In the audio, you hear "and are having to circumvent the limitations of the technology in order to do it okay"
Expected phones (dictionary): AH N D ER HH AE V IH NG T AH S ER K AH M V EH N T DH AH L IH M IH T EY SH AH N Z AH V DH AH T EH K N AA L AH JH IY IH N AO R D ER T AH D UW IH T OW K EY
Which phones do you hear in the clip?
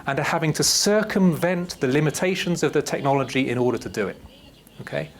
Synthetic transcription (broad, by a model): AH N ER HH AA V IH NG T AH S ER K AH M V EH N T DH AH L IH M IH T EY SH AH N Z AH V DH AH T EH K N AA L AH JH IY IH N AO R D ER T AH D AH IH T OW K EY